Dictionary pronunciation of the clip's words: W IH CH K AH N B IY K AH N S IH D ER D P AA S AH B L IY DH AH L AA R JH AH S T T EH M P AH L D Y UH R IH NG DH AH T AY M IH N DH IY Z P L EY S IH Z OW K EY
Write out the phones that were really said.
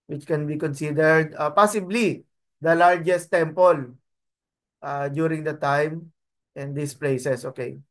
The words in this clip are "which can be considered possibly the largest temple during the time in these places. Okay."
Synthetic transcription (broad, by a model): W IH CH K AH N B IY K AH N S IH D ER D P AA S AH B L IY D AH L AA R JH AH S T T EH M P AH L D Y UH R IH NG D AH T AY M IH N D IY S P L EY S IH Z OW K EY